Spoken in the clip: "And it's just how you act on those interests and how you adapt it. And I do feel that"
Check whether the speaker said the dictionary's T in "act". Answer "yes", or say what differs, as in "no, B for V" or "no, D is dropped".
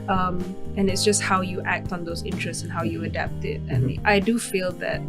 yes